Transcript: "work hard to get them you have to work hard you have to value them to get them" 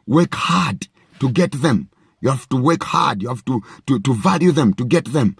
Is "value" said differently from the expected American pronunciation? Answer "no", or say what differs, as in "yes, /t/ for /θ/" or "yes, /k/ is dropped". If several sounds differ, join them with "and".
no